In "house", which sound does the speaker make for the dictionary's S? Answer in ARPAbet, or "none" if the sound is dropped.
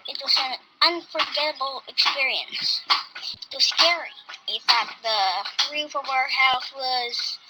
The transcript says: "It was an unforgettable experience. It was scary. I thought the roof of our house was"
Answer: TH